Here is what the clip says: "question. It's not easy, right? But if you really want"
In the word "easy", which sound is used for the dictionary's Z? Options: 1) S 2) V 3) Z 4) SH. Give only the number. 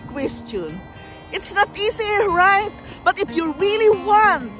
1